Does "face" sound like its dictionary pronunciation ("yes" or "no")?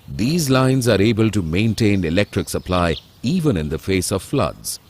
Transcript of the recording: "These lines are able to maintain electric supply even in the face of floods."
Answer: yes